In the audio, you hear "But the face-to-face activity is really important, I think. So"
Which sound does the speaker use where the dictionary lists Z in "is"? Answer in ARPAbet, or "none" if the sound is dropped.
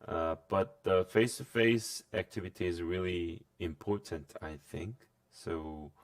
Z